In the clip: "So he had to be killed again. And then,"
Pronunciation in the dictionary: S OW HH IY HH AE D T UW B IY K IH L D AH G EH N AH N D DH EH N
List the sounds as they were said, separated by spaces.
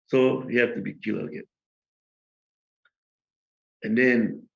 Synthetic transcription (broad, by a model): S OW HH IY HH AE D T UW B IY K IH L AH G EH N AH N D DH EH N